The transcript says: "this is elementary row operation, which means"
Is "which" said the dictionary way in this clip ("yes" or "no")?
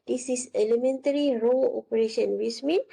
no